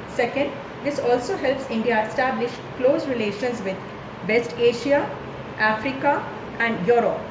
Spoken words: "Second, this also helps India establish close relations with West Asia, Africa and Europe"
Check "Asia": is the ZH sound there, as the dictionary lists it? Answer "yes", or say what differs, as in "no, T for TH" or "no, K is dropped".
no, SH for ZH